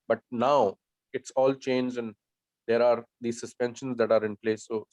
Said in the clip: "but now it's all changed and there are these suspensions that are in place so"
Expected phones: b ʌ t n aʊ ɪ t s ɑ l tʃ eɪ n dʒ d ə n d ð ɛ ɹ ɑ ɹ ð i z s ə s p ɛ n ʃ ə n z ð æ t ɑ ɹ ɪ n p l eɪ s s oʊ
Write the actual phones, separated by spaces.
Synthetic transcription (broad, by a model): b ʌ t n aʊ ɪ t s ɑ l tʃ eɪ n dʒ ə n d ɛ ɹ ɑ ɹ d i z s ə s p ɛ n ʃ ə n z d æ t ɑ ɹ ɪ n p l eɪ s s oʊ